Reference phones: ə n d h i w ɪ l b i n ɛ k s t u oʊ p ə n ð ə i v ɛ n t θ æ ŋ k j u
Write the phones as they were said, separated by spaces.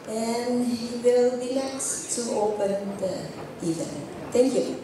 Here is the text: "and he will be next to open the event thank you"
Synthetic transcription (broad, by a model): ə n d h i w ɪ l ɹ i l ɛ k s t u oʊ p ə n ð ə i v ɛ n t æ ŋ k j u